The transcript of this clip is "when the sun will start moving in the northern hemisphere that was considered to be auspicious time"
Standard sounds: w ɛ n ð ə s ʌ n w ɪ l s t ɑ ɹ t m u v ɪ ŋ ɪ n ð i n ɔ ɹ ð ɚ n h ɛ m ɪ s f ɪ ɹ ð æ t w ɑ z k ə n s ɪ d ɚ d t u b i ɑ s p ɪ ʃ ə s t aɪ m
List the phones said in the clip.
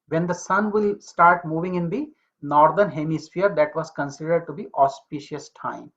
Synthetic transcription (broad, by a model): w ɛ n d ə s ʌ n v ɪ l s t ɑ ɹ t m u v ɪ ŋ ɪ n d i n ɔ ɹ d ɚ n h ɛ m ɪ s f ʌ ɹ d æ t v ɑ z k ə n s ɪ d ɚ d t u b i ɑ s p ɪ ʃ ə s t aɪ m